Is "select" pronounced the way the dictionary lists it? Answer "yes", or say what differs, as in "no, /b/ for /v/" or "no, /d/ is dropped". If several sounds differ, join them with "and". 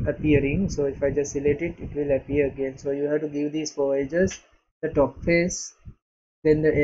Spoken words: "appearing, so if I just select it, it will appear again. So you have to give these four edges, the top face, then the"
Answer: no, /k/ is dropped